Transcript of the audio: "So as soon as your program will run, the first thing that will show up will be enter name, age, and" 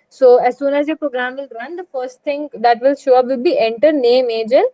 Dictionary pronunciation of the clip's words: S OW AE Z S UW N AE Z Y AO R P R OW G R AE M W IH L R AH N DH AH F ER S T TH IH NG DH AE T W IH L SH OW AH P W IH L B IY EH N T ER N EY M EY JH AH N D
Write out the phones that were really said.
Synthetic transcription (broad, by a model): S OW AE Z S UW N AE Z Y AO P R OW G R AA M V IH L R AH N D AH F ER S T T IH NG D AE T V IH L SH OW AH P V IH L B IY EH N T ER N EY M EY JH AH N